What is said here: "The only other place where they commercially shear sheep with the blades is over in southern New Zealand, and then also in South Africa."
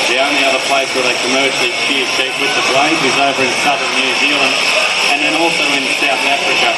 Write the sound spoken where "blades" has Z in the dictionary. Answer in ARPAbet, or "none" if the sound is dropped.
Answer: none